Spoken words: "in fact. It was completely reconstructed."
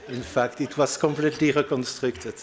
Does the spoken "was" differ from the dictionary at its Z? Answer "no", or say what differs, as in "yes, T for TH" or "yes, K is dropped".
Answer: yes, S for Z